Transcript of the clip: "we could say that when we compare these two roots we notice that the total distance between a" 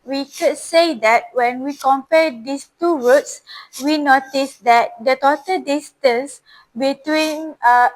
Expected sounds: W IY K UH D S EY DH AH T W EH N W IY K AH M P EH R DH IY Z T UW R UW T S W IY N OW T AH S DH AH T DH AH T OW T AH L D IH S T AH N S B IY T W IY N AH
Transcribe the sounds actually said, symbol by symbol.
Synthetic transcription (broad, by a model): W IY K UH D S EY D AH T W EH N W IY K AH M P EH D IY S T UW W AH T S W IY N OW T AH S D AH T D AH T OW T AH L D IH S T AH N S B IY T W IY N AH